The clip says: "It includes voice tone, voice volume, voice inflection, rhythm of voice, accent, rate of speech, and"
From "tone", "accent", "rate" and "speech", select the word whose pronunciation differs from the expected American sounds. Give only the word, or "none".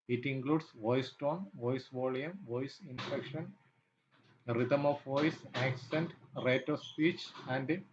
none